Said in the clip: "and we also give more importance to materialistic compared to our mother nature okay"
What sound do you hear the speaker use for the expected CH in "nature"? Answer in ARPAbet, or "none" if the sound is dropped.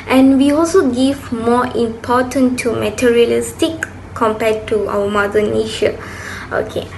SH